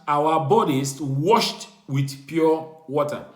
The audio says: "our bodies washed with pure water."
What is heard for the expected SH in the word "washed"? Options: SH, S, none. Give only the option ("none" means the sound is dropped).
SH